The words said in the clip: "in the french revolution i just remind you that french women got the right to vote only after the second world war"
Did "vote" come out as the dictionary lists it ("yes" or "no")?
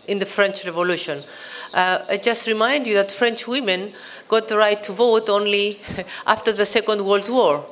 yes